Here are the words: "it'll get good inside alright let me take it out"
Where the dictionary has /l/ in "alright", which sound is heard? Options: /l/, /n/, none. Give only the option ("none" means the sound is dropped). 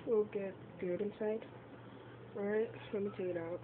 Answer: none